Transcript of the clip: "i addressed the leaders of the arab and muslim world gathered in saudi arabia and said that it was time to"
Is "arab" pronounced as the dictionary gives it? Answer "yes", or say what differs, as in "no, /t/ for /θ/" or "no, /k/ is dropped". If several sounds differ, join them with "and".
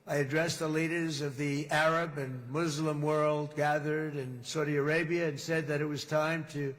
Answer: yes